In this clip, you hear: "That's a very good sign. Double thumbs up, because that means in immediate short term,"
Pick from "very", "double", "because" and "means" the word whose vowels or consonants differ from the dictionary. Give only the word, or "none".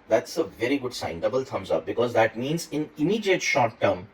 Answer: none